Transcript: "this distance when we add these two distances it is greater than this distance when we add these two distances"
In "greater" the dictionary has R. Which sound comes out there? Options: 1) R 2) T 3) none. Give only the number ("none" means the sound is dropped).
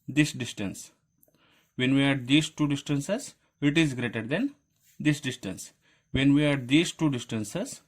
1